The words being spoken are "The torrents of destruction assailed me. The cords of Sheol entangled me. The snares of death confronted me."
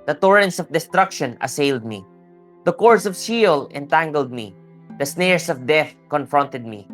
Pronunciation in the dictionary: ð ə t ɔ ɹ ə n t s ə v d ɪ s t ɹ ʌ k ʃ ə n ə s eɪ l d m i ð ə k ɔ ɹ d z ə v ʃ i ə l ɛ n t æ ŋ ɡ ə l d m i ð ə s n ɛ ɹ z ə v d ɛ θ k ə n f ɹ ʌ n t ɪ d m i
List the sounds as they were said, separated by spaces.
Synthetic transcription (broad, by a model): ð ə t ɔ ɹ ə n t s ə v d ɪ s t ɹ ʌ k ʃ ə n ə s eɪ l d m i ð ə k ɔ ɹ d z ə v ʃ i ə l ɛ n t æ ŋ ɡ ə l d m i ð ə s n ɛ ɹ s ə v d ɛ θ k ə n f ɹ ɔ n t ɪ d m i